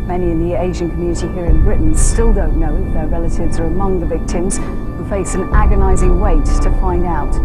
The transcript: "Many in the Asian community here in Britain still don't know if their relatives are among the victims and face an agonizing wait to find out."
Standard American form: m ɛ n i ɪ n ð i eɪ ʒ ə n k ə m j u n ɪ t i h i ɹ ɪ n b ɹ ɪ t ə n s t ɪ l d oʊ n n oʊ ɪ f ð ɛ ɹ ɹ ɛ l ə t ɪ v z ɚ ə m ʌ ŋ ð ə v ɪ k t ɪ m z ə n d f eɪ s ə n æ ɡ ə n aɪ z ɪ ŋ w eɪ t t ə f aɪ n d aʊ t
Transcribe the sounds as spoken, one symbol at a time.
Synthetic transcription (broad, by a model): m ɛ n i ɪ n ð i eɪ ʒ ə n k ə m j u n ɪ t i h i ɹ ɪ n b ɹ ɪ t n s t ɪ l d oʊ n n oʊ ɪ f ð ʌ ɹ ɹ ɛ l ə t ɪ v z ɚ ə m ʌ ŋ ð ə v ɪ k t ɪ m z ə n f eɪ s ə n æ ɡ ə n aɪ z ɪ ŋ w eɪ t t ə f aɪ n d aʊ t